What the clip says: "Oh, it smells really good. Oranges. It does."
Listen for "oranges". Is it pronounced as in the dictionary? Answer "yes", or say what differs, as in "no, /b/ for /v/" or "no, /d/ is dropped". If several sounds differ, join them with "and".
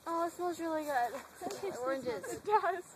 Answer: yes